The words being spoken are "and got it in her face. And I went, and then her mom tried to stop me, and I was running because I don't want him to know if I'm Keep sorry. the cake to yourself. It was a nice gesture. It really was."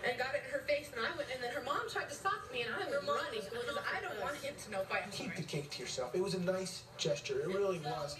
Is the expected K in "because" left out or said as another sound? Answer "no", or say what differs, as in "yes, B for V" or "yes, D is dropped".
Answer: yes, K is dropped